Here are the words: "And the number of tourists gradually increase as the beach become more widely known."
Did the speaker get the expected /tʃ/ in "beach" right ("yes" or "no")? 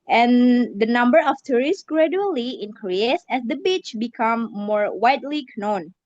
yes